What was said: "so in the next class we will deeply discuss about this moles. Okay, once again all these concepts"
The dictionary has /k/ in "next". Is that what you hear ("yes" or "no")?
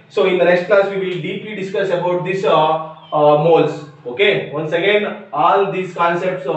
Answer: no